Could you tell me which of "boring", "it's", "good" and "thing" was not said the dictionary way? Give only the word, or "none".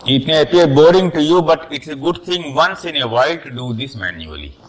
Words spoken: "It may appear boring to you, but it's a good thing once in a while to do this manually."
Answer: thing